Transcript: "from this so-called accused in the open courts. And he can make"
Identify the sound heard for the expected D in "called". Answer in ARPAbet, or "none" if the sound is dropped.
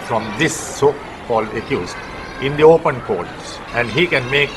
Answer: none